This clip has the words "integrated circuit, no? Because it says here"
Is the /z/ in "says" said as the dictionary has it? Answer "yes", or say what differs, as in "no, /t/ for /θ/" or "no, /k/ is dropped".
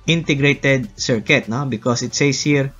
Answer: no, /s/ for /z/